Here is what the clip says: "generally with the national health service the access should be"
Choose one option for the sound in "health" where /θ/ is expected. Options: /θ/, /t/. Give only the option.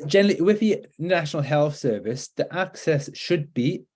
/θ/